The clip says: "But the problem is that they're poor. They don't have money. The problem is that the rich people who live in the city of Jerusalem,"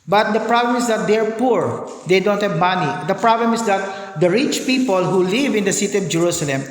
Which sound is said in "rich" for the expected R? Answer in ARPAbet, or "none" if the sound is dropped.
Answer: R